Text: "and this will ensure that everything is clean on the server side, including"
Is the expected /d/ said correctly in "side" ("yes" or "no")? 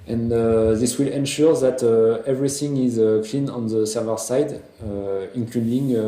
yes